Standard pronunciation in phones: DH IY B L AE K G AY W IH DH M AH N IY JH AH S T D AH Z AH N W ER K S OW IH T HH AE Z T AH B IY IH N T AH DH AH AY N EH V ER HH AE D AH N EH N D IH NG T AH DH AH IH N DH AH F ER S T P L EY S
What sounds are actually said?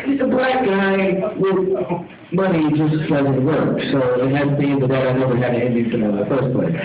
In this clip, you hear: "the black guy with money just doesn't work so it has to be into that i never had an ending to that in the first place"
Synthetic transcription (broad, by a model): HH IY B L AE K G AY W IH DH M AH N IY JH AH S T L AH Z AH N W ER K S OW IH T HH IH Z B IY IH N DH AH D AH AY N EH V ER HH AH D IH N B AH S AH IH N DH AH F ER S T P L EY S